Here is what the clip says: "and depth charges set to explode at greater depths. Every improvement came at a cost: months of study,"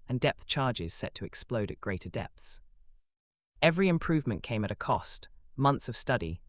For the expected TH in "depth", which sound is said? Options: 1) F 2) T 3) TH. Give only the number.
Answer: 3